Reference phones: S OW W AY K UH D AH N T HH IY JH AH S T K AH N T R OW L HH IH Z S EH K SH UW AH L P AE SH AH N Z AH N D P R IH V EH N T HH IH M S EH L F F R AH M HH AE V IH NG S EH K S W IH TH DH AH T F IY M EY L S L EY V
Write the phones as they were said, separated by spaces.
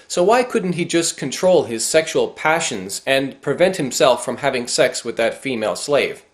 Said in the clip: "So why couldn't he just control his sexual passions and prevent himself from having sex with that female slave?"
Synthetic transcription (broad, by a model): S OW W AY K UH D N T HH IY JH AH S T K AH N T R OW L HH IH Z S EH K SH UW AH L P AE SH AH N Z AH N P R IH V EH N T HH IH M S EH L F F R AH M HH AE V IH NG S EH K S W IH DH AH T F IY M EY L S L EY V